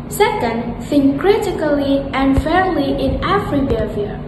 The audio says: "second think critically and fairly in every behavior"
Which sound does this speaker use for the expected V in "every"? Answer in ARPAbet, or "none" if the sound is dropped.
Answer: F